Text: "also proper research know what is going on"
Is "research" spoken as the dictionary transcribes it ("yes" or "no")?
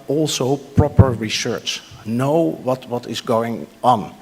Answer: yes